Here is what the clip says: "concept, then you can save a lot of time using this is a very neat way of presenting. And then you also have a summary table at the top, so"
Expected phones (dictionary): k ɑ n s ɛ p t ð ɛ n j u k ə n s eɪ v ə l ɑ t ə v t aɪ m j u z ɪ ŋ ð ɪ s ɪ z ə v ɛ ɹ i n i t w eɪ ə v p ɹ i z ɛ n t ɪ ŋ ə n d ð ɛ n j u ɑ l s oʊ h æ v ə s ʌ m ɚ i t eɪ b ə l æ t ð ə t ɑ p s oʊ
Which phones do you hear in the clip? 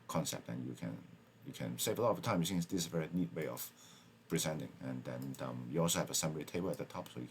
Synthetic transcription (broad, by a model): k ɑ n s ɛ p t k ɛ n j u k ə n s eɪ v ə l ɑ t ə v t aɪ m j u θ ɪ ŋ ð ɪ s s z ə v ɛ ɹ i n i t w eɪ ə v p ɹ i z ɛ n t ɪ ŋ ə n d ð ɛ n j u ɑ l s oʊ h æ v ə s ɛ m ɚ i t eɪ b ə l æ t ð ə t ɑ p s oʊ